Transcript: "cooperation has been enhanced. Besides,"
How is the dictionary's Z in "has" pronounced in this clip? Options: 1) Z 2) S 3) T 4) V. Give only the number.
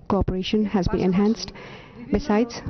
1